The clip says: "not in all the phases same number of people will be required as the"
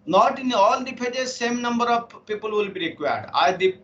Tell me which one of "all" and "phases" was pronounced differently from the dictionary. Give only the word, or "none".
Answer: phases